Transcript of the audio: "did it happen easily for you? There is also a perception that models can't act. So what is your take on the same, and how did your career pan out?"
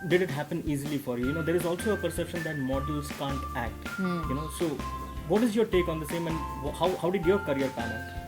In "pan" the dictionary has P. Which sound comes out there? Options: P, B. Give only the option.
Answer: P